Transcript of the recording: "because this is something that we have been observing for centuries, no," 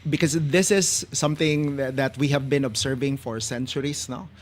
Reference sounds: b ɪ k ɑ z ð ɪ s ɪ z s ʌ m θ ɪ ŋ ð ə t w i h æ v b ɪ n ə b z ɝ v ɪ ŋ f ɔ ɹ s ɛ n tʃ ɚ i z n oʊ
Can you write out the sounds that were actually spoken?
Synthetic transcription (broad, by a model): b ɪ k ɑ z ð ɪ s ɪ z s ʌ m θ ɪ ŋ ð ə t w i h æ v b ɪ n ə b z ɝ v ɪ ŋ f ɔ ɹ s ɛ n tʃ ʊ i s n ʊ